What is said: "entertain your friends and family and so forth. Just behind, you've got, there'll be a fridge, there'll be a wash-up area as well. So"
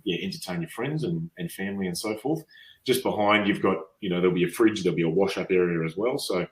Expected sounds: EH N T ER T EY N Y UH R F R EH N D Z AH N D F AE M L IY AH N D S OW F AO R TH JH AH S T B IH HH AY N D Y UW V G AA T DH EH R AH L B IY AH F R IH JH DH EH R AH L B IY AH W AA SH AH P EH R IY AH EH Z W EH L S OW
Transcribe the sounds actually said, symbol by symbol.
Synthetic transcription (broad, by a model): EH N T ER T EY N Y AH R F R EH N D Z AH N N F AE M L IY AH N S OW F AO R TH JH AH S B IH HH AY N D Y UW V G AA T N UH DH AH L B IY AH F R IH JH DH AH L B IY AH W AA SH AH P EH R IY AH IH Z W EH L S OW